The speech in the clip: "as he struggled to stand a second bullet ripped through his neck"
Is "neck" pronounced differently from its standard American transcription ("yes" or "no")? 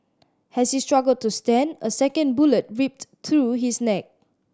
no